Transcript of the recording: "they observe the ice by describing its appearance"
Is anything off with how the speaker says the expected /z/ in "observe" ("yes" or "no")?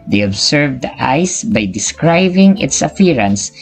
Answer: yes